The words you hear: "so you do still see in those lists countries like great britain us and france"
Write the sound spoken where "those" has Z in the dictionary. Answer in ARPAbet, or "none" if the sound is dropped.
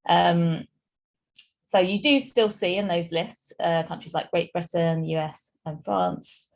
Z